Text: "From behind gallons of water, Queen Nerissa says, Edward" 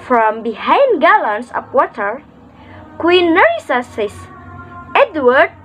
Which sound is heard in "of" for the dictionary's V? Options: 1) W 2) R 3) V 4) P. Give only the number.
4